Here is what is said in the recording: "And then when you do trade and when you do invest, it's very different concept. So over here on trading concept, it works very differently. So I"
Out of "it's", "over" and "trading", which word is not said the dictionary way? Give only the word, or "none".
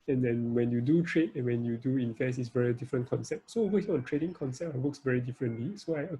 over